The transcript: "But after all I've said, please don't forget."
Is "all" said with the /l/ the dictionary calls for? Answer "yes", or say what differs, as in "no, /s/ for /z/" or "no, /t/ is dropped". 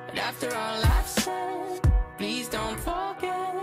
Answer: yes